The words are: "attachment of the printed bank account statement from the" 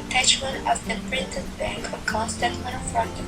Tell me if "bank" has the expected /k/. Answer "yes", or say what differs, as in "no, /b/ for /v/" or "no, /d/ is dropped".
yes